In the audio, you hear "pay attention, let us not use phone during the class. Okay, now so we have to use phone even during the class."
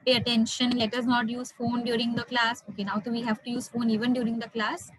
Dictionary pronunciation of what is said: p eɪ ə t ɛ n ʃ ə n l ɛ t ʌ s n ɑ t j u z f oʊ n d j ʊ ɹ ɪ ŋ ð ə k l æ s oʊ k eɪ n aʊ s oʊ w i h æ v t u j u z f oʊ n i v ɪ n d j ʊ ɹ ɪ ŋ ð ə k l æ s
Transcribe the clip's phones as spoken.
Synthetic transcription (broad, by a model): p eɪ ə t ɛ n ʃ ə n l ɛ t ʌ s n ɑ t j u z f oʊ n d j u ɹ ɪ ŋ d ə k l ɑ s oʊ k eɪ n aʊ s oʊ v i h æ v t u j u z f oʊ n i v ɪ n d j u ɹ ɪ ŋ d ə k l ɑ s